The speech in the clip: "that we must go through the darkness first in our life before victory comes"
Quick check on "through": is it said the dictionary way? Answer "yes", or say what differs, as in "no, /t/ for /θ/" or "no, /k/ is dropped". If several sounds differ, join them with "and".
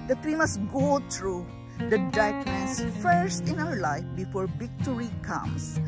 no, /t/ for /θ/